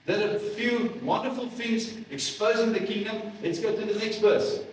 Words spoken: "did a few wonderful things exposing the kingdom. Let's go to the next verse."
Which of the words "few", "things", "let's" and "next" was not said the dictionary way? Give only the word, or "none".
things